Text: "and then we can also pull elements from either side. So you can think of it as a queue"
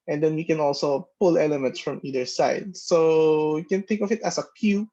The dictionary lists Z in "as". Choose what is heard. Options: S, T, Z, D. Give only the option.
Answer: S